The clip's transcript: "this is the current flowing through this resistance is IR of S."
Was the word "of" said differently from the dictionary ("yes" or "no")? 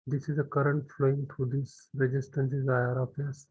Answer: yes